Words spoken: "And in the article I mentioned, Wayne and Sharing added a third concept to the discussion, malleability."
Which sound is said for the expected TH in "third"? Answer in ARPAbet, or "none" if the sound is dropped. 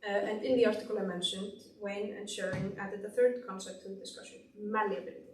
TH